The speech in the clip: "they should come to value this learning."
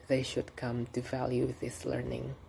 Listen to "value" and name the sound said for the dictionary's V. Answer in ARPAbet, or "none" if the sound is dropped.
V